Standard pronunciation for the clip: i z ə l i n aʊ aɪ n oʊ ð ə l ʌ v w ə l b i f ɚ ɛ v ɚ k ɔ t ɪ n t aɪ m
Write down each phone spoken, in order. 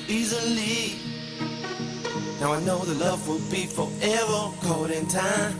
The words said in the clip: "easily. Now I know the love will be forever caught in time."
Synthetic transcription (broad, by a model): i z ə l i n aʊ aɪ n oʊ ð ə l ʌ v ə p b i p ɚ ɛ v ɚ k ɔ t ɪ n t aɪ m